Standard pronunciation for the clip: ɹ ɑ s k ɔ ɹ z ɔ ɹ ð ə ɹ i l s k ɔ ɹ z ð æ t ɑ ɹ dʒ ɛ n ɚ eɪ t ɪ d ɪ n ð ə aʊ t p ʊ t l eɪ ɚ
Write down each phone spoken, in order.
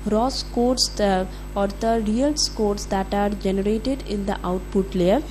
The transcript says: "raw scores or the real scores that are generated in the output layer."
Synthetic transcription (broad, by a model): ɹ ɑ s k ɔ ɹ s ɔ ɹ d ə ɹ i l s k ɔ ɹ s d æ t ɑ ɹ dʒ ɛ n ɚ eɪ t ɪ d ɪ n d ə aʊ t p ʊ t l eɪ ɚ